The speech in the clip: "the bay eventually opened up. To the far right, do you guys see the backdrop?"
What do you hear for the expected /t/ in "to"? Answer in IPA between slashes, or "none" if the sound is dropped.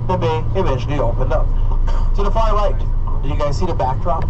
/s/